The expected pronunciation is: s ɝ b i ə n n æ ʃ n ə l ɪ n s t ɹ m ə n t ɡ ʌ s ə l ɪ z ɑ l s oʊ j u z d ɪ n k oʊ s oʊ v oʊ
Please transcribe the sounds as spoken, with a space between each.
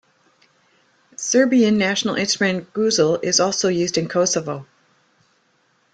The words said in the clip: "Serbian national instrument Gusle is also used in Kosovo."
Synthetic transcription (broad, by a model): s ɝ b i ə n n æ ʃ n l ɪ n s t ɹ ə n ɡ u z l ɪ z ɑ l s oʊ j u z d ɪ n k oʊ s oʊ v oʊ